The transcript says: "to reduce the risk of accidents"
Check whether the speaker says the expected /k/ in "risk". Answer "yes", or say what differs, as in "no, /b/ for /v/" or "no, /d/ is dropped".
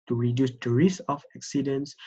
no, /k/ is dropped